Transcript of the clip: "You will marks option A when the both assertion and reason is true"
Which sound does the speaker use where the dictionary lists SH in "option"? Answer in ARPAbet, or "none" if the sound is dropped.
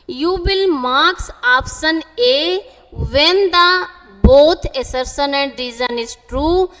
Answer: S